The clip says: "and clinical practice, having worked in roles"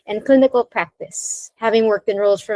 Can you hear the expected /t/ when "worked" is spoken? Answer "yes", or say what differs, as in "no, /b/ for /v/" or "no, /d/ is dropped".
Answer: yes